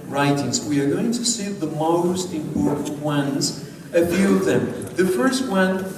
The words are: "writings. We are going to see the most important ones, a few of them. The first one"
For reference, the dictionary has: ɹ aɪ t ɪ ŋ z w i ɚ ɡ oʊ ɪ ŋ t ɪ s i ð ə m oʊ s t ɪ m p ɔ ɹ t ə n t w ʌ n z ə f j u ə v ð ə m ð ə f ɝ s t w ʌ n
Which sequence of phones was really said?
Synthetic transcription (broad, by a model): ɹ aɪ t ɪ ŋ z w i ɚ ɡ oʊ ɪ ŋ t ɪ s i ð ə m oʊ s t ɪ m p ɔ ɹ t n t w ʌ n z ə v j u ð ə m ð ə f ɝ s t w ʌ n